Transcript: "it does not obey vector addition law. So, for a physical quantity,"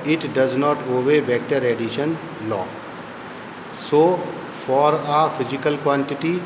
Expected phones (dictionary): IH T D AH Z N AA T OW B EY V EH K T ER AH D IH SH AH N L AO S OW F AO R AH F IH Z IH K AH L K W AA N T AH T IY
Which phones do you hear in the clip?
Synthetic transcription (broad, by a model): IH T D AH Z N AA T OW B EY B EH K T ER AH D IH SH AH N L AO S OW F AO R AH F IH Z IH K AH L K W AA N T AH T IY